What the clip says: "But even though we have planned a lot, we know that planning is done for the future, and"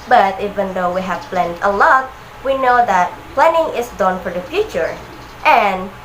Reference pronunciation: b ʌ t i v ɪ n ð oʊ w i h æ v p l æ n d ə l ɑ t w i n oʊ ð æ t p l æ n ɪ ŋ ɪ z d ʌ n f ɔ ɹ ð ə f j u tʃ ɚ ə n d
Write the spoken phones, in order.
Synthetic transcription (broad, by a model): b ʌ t i v ɪ n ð oʊ w i h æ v p l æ n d ə l ɑ t w i n oʊ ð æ t p l æ n ɪ ŋ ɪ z d ʌ n f ɔ ɹ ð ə f j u tʃ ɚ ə n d